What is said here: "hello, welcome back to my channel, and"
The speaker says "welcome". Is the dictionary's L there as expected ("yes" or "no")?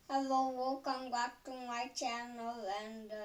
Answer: no